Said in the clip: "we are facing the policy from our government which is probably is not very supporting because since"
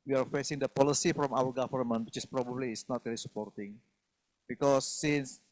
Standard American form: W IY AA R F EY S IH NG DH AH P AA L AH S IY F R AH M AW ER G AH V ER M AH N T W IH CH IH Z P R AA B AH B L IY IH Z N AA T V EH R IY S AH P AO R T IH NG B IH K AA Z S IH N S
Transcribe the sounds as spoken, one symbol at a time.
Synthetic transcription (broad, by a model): W IY AA R F EY S IH NG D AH P AA L AH S IY F R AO M AW ER G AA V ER M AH N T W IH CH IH S P R AA B AH B L IY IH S N AA T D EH L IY S AH P AO R T IH NG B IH K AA S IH N S